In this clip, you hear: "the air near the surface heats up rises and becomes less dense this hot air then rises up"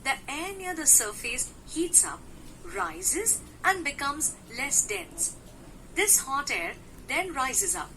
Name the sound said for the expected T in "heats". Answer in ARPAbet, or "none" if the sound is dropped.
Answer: T